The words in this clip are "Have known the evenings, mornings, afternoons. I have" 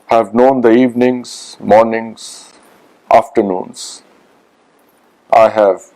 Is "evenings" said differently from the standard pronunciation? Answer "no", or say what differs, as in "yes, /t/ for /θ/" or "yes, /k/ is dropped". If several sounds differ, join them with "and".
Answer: no